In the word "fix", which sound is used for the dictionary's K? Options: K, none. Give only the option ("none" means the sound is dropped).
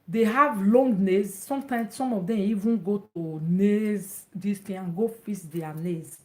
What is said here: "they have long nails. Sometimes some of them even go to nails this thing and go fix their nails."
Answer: none